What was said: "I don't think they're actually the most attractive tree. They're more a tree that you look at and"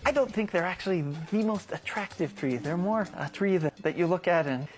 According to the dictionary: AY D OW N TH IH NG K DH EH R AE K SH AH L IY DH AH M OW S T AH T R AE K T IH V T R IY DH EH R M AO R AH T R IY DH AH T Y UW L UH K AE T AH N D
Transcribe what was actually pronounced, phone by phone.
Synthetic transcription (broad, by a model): AY D OW N TH IH NG K DH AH R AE K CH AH L IY DH AH M OW S T AH T R AE K T IH V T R IY DH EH R M AO R AH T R IY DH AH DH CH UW L UH K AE T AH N